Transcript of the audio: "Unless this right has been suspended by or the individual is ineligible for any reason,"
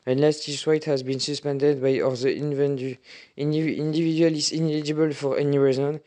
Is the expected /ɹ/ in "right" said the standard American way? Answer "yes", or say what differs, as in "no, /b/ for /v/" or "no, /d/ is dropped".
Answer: no, /w/ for /ɹ/